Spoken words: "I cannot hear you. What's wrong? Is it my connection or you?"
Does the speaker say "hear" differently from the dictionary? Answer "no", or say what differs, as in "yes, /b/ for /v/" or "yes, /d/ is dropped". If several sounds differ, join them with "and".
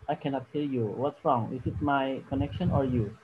yes, /l/ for /ɹ/